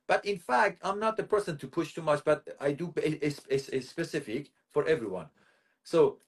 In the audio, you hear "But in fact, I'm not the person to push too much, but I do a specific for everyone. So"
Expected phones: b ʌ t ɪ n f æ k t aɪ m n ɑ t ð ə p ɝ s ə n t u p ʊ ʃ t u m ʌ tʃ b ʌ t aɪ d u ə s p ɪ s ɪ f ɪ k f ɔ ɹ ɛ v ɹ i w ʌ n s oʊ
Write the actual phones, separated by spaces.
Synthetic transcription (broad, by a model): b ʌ t ɪ n f æ k t aɪ m n ɑ t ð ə p ɝ s ə n t u p ʊ ʃ t u m ʌ tʃ b ʌ t aɪ d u ə s p ɪ s ɪ f ɪ k f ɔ ɹ ɛ v ɹ i w ʌ n s oʊ